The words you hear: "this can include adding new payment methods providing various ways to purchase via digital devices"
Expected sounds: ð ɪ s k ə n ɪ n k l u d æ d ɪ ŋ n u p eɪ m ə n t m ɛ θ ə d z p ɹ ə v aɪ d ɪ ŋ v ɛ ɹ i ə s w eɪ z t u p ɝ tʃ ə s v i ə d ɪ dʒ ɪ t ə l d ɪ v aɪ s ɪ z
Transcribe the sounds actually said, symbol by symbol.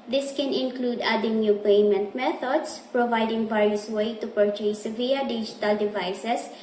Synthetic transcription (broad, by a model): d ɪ s k ə n ɪ n k l u d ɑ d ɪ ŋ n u p eɪ m ə n t m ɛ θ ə d s p ɹ ə v aɪ d ɪ ŋ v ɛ ɹ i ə s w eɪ t u p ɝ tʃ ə s v i ə d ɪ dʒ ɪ t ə l d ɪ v aɪ s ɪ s